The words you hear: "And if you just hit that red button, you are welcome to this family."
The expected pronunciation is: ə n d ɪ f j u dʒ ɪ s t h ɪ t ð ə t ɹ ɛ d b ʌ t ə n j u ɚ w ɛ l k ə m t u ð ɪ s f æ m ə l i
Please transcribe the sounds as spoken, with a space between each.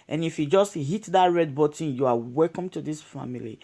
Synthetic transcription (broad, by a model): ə n ɪ f j u dʒ ɪ s t h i t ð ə t ɹ ɛ d b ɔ t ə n j u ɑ w ɛ l k ə m t u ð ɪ s f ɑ m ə l i